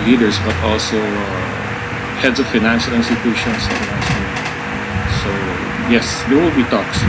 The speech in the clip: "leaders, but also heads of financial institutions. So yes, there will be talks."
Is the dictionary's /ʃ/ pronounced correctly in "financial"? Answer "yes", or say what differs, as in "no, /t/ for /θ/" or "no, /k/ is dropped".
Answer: yes